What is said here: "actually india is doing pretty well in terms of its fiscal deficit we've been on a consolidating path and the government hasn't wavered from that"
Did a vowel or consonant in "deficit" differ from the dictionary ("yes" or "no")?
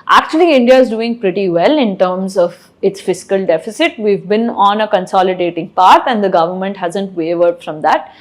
no